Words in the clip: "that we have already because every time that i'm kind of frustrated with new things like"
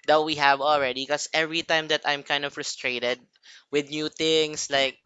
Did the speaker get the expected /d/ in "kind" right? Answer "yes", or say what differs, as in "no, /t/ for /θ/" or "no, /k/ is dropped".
yes